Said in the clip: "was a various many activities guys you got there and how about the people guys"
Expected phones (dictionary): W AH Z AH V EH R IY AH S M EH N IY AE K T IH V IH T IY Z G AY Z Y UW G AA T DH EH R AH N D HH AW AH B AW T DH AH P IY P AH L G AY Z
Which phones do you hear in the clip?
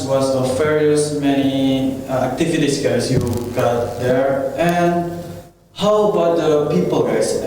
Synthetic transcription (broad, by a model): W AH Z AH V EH R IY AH S M EH N IY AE K T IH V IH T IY S G AY S Y UW G AA T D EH R AH N D HH AW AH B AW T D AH P IY P AH L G AY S